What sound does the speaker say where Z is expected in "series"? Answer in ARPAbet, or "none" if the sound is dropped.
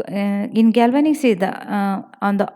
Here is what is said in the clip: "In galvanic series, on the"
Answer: none